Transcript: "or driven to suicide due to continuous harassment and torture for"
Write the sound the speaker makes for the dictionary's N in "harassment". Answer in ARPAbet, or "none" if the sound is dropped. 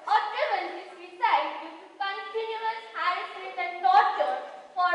none